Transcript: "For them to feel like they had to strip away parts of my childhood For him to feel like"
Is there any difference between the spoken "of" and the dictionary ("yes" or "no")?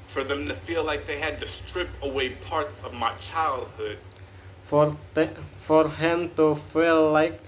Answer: no